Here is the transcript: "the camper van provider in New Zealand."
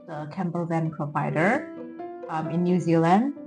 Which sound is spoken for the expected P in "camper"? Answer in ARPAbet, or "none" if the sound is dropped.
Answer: B